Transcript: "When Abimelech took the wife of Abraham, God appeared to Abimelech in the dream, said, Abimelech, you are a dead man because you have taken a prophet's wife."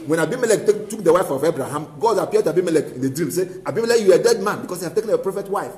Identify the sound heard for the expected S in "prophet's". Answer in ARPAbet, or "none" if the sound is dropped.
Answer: none